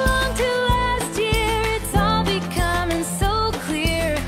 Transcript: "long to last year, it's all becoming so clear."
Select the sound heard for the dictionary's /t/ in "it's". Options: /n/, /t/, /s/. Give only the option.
/t/